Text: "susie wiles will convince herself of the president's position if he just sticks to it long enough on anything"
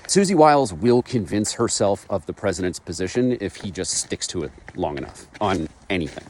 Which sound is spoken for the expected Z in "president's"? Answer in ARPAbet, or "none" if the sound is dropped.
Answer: Z